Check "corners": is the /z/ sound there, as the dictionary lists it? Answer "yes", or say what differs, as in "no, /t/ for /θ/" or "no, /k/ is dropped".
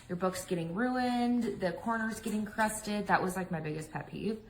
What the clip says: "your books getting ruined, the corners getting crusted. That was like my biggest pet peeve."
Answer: yes